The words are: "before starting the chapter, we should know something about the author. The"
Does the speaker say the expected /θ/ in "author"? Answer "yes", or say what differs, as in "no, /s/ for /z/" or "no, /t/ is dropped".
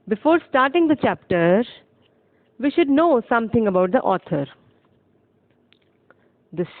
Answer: no, /t/ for /θ/